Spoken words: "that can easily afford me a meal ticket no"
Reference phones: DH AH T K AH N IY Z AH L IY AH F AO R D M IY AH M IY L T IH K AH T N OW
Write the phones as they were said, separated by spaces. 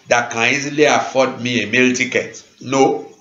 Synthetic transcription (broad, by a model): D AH T K AH N IY Z AH L IY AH F AO D M IY AH M IY L T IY K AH T N OW